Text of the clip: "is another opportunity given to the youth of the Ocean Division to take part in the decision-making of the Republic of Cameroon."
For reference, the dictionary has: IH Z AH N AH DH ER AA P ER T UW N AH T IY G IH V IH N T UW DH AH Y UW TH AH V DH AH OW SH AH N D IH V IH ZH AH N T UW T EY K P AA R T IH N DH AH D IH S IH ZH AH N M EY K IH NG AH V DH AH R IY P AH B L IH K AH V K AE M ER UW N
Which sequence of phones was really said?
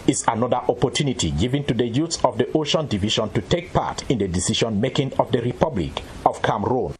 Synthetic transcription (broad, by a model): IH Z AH N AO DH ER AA P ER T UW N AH T IY G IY V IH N T UW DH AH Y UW S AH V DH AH OW SH AH N D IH V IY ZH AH N T UW T EY K P AA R T IH N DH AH D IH S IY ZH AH N M EY K IH NG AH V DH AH R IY P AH B L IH K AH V K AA M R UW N